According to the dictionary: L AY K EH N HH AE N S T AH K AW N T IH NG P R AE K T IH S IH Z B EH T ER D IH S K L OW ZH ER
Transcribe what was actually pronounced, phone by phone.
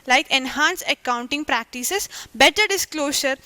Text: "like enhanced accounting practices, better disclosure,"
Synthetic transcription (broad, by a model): L AY K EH N HH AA N S AH K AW N T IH NG P R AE K T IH S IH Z B EH T ER D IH S K L OW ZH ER